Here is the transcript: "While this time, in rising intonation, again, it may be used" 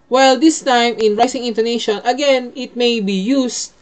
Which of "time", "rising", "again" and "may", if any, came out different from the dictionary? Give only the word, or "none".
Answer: rising